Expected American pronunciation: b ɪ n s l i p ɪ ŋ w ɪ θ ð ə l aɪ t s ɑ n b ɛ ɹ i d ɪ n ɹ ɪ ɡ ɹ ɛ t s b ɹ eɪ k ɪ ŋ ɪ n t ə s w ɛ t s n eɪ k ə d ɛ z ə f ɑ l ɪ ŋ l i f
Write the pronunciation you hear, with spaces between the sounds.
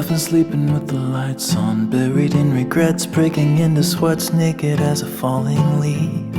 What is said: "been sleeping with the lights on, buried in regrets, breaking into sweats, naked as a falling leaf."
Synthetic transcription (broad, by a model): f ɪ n s l i p ɪ ŋ w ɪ ð ə l aɪ t s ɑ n b ɛ ɹ i d ɪ n ɹ ɪ ɡ ɹ ɛ t s b ɹ eɪ k ɪ ŋ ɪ n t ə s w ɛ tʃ n eɪ k ə d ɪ z ə f ɑ l ɪ ŋ l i